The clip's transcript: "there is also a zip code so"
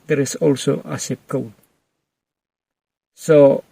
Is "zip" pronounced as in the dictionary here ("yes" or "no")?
no